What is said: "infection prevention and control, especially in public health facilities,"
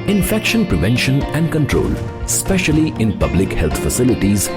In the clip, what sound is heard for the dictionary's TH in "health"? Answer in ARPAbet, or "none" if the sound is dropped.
T